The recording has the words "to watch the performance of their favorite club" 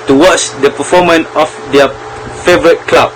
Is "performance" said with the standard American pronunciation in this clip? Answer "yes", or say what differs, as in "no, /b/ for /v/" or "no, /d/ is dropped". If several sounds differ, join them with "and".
no, /s/ is dropped